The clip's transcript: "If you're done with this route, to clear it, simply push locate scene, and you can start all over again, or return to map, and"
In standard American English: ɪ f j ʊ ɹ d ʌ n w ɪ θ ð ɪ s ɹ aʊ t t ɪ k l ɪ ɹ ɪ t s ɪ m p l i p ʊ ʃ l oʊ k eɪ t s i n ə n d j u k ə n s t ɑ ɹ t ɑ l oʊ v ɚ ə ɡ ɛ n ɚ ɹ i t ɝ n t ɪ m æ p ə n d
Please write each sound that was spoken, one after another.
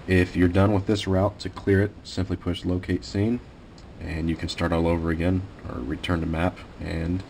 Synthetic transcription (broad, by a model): ɪ f j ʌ ɹ d ʌ n w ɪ ð ɪ s ɹ aʊ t t ɪ k l ɪ ɹ ɪ t s ɪ m p l i p ʊ ʃ l oʊ k eɪ t s i n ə n j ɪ k ə n s t ɑ ɹ t ɑ l oʊ v ɚ ə ɡ ɛ n ɚ ɹ i t ɝ n t ɪ m æ p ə n